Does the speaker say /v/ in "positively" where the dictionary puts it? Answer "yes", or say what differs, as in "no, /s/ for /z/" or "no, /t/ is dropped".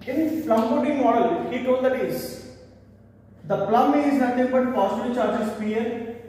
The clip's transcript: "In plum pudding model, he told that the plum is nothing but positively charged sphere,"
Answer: no, /v/ is dropped